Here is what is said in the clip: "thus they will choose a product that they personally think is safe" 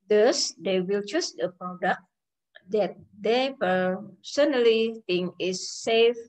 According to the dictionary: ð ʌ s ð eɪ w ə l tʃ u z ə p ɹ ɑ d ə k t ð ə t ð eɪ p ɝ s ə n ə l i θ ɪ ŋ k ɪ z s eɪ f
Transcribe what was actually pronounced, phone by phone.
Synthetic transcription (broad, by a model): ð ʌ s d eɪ w ə l tʃ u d ə p ɹ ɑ d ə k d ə t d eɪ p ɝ s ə n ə l i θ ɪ ŋ ɪ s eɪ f